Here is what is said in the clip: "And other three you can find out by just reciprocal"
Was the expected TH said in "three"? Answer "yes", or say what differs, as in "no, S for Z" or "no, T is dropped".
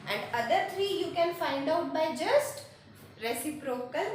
no, T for TH